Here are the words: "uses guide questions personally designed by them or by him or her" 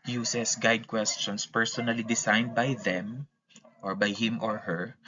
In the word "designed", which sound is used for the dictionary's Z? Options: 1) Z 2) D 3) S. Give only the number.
3